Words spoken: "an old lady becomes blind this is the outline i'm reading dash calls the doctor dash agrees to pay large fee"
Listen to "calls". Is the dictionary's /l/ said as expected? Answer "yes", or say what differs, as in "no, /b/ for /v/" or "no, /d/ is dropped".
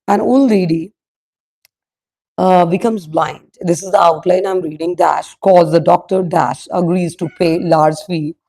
no, /l/ is dropped